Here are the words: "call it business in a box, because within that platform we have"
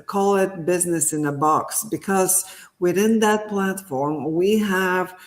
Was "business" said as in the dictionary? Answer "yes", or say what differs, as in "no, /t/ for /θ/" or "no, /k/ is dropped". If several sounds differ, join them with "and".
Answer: yes